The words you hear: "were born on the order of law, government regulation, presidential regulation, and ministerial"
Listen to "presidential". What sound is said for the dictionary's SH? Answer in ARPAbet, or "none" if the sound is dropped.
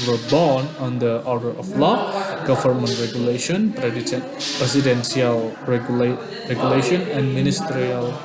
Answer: S